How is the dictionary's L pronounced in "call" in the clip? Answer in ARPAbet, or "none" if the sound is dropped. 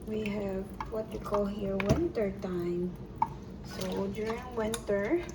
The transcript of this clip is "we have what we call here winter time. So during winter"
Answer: L